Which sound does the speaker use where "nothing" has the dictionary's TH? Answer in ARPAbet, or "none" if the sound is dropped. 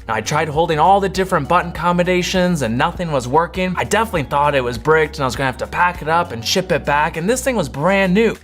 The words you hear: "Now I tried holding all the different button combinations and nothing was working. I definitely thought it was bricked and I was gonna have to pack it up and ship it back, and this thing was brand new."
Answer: TH